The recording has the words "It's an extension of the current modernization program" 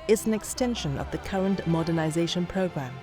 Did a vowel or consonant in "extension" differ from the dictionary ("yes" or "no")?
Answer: no